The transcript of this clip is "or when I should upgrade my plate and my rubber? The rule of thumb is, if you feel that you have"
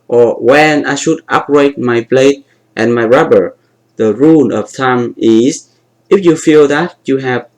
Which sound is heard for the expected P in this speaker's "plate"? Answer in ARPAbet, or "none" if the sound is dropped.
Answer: B